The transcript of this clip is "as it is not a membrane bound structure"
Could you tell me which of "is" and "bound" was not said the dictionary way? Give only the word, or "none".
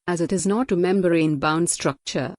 none